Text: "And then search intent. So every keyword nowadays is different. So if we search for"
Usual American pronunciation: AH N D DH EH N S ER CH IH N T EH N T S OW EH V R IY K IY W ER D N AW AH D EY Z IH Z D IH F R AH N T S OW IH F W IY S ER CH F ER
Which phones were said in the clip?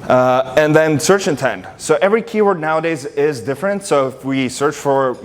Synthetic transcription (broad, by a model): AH N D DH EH N S ER CH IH N T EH N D S OW EH V R IY K IY W ER D N AW AH D EY Z IH Z D IH F R AH N T S OW IH F W IY S ER CH F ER